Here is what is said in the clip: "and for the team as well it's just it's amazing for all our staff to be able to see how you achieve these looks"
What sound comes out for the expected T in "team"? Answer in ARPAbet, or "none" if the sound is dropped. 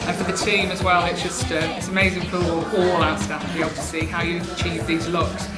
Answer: T